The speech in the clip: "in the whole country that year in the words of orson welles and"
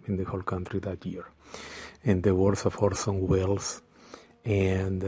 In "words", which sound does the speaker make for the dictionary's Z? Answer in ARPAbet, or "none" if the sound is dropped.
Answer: S